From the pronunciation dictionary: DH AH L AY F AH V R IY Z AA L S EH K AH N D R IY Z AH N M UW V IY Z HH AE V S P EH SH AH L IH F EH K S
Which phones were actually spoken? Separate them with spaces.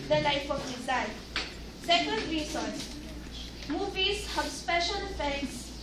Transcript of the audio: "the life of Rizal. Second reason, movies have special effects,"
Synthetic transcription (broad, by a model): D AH L AY F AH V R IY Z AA N S EH K AH N D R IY S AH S M UW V IY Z HH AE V S P EH SH AH L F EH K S